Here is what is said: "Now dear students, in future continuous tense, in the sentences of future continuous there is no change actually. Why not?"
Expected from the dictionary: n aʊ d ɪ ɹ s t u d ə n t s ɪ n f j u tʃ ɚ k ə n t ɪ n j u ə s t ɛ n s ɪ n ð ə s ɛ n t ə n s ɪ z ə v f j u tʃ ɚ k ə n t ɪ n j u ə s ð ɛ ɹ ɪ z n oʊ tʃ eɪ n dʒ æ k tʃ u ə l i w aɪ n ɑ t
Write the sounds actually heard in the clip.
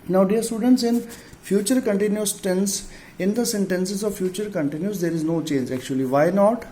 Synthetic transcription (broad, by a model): n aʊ d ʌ ɹ s t u d ə n t s ɪ n f j u tʃ ɚ k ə n t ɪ n j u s t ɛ n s ɪ n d ə s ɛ n t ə n s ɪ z ə v f j u tʃ ɚ k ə n t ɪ n j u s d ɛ ɹ ɪ z n oʊ tʃ eɪ n dʒ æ k tʃ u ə l i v aɪ n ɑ t